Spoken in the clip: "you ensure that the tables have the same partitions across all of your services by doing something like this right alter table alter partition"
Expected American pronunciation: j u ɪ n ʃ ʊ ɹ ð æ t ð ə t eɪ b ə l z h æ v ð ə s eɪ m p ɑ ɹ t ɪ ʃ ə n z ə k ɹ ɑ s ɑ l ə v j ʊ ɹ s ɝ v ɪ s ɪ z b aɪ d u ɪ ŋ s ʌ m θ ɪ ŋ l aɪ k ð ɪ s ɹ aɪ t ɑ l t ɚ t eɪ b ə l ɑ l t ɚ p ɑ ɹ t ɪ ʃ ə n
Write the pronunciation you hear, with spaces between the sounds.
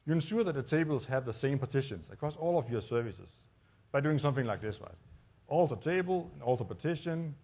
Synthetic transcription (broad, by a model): j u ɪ n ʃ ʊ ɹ ð æ t ð ə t eɪ b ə l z h æ v ð ə s eɪ m p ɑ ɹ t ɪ ʃ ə n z ə k ɹ ɑ s ɑ l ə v j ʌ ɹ s ɝ v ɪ s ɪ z b aɪ d u ɪ ŋ s ʌ m θ ɪ ŋ l aɪ k ð ɪ s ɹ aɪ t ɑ l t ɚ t eɪ b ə n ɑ l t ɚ p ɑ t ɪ ʃ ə n